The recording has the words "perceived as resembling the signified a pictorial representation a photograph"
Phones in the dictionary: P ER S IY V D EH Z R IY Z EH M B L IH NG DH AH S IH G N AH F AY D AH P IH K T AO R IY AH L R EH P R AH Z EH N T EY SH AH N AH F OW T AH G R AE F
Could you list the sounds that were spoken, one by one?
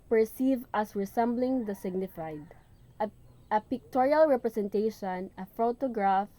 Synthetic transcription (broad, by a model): P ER S IY V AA S R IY S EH M B L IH NG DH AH S IH G N AH F AY D AH P IH K T AO R IY AH L R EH P R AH S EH N T EY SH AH N AH F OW T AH G R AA F